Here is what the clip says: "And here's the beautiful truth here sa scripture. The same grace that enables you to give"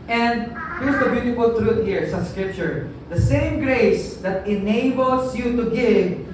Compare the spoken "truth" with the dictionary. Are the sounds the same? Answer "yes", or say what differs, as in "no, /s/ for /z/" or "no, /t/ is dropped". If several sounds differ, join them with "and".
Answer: no, /t/ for /θ/